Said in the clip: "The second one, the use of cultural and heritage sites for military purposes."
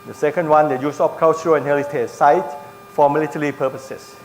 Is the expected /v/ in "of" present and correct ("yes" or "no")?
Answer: no